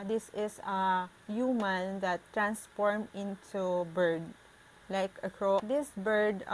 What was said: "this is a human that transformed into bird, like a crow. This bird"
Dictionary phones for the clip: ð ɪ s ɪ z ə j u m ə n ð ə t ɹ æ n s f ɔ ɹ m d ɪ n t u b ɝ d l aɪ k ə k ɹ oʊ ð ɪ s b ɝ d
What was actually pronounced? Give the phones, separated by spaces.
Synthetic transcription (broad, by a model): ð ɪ s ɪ s ə j u m ə n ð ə t ɹ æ n s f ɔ ɹ m ɪ n t u b ɝ d l aɪ k ə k ɹ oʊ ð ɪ s b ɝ d